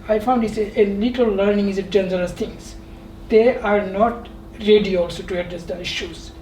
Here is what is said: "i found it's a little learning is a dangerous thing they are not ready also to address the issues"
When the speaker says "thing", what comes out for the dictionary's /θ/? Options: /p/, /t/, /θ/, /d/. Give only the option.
/t/